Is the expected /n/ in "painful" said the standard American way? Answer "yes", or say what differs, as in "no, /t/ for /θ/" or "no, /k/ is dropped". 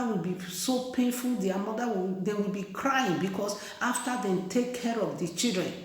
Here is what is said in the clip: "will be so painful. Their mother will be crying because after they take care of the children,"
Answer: yes